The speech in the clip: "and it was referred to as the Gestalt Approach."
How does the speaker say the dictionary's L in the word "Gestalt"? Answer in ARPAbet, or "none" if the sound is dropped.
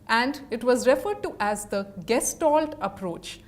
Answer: L